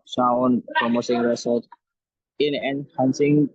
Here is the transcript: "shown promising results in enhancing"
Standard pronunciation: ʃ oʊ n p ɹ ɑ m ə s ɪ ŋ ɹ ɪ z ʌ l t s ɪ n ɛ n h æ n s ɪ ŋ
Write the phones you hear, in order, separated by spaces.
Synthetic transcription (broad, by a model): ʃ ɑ n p ɹ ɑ m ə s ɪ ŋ ɹ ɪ s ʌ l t ɪ n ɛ n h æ n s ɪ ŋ